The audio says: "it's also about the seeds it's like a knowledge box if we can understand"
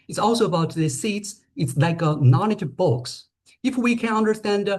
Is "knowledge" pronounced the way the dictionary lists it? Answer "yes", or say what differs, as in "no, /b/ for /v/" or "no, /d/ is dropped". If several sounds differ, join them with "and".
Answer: no, /n/ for /l/